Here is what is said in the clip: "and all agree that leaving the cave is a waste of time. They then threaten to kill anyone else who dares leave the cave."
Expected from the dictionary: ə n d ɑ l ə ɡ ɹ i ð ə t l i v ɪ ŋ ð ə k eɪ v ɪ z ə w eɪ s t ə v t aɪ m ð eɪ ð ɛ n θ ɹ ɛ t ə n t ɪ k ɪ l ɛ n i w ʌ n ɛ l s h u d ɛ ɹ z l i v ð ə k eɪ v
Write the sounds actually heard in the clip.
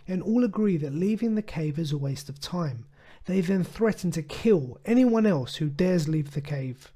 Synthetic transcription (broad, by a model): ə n ɑ l ə ɡ ɹ i ð ə t l i v ɪ ŋ ð ə k eɪ v ɪ z ə w eɪ s t ə v t aɪ m ð eɪ ð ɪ n θ ɹ ɛ t n t ɪ k ɪ l ɛ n i w ʌ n ɛ l s h u d ɛ ɹ z l i v ð ə k eɪ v